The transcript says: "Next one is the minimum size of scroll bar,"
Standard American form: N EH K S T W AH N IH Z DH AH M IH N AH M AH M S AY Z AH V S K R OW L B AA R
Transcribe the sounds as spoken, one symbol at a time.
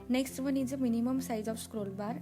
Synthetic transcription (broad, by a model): N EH K S T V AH N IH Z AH M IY N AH M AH M S AY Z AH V S K R OW L B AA R